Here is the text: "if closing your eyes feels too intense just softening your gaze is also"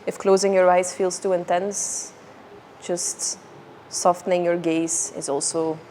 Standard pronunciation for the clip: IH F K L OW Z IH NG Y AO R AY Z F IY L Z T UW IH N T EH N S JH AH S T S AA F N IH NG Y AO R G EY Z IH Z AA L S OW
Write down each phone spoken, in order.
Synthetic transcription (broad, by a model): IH F K L OW Z IH NG Y AO R AY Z F IY L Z T UW IH N T EH N S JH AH S T S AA F N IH NG Y AO R G EY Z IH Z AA L S OW